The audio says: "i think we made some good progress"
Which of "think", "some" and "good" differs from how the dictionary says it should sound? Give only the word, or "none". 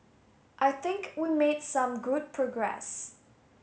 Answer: none